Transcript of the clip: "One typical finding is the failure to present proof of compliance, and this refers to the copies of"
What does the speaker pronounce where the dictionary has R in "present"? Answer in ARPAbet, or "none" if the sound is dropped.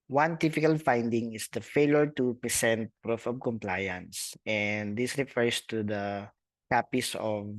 none